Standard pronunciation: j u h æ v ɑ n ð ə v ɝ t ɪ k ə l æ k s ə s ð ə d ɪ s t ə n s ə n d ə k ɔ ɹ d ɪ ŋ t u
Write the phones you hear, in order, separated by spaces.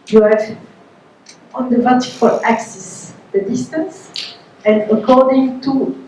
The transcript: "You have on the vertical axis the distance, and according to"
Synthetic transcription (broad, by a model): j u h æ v ɑ n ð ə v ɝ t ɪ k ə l æ k s ə s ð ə d ɪ s t ə n s ə n d ə k ɔ ɹ d ɪ ŋ t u